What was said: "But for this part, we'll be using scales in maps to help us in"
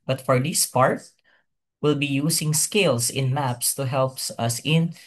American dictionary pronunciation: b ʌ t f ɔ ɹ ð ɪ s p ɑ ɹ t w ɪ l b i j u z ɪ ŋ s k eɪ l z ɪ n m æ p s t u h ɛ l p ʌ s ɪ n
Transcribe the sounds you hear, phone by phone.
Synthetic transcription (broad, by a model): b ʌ t f ɔ ɹ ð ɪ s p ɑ ɹ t w ɪ l b i j u s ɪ ŋ s k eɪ l s ɪ n m æ p s t u h ɛ l p ʌ s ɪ n